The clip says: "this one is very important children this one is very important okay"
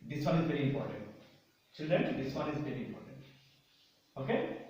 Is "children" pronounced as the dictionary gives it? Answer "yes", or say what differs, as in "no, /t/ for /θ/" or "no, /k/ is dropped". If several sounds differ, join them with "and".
no, /l/ is dropped and /ɹ/ is dropped